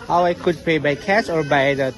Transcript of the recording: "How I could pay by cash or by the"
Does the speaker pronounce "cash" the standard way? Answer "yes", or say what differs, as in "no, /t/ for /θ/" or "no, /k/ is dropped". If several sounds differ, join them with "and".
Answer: no, /s/ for /ʃ/